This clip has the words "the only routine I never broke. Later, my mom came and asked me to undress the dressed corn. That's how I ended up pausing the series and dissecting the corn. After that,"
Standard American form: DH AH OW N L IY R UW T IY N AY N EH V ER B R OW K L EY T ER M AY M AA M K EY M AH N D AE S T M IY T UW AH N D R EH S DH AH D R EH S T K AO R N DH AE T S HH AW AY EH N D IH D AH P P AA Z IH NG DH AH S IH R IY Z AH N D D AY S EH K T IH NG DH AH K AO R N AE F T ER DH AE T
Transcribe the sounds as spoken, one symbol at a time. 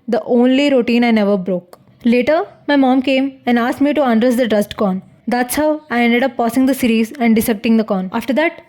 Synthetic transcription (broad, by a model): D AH OW N L IY R UW T IY N AY N EH V ER B R OW K L EY T ER M AY M AA M K EY M AH N D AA S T M IY T UW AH N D R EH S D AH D R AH S T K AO N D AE T S HH AW AY EH N D IH D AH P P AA S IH NG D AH S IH R IY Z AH N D D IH S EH K T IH NG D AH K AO N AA F T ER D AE T